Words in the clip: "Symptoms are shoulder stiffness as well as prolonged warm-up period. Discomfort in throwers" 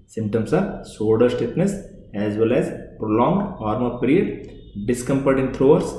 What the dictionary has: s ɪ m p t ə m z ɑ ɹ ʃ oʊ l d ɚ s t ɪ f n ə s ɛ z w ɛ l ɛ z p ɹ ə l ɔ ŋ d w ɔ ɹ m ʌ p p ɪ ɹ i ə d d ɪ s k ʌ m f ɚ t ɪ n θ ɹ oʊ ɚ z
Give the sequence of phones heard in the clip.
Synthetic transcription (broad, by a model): s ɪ m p t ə m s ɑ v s oʊ d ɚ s t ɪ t n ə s ɛ z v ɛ l ɛ z p ɹ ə l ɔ ŋ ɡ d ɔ ɹ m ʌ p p ɹ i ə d d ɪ s k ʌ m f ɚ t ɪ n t ɹ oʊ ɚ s